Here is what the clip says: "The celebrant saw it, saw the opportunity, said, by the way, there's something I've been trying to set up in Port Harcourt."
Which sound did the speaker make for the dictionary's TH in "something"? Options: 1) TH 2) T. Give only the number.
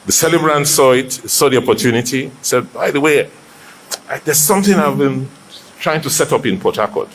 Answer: 1